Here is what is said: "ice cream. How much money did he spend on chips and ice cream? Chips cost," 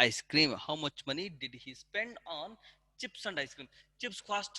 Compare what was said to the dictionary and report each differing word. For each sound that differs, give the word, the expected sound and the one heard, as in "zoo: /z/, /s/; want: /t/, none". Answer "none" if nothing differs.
none